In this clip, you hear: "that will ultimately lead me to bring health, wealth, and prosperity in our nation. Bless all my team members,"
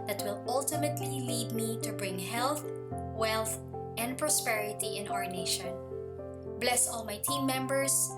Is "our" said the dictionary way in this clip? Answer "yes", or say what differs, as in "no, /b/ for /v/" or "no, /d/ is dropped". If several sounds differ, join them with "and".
yes